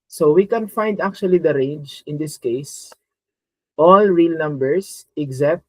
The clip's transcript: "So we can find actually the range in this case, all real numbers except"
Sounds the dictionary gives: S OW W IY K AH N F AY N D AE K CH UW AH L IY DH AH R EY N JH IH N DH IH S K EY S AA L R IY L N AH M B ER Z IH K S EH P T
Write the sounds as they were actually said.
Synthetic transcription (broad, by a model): S OW W IY K AH N F AY N D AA K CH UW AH L IY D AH R EY N JH IH N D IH S K EY S AA L R IY L N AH M B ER S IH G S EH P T